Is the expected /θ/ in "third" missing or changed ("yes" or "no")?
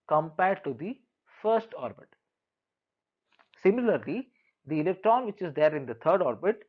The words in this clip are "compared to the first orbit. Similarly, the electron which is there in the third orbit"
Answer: yes